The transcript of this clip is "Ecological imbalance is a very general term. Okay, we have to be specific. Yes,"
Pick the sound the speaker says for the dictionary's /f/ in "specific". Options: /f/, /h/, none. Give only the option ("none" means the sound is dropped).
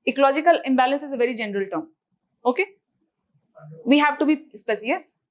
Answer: none